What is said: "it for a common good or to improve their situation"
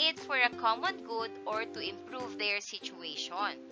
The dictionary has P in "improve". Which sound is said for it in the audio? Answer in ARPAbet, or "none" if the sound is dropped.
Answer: P